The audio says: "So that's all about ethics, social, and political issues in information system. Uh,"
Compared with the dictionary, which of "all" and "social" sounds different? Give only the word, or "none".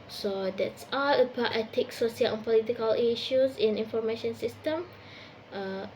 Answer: social